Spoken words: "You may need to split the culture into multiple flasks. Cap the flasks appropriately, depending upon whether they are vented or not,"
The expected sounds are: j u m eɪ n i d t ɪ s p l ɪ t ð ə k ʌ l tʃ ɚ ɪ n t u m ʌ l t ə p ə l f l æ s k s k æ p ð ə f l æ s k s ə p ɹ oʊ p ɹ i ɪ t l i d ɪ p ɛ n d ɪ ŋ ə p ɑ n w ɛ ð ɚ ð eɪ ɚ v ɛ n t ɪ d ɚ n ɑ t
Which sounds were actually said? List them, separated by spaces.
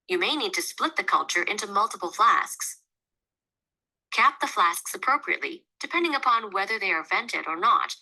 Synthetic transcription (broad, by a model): j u m eɪ n i d t ɪ s p l ɪ t ð ə k ʌ l tʃ ɚ ɪ n t u m ʌ l t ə p l f l æ s k s k æ p ð ə f l æ s k s ə p ɹ oʊ p ɹ i ɪ t l i d ɪ p ɛ n d ɪ ŋ ə p ɑ n w ɛ ð ɚ ð eɪ ɚ v ɛ n t ɪ d ɚ n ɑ t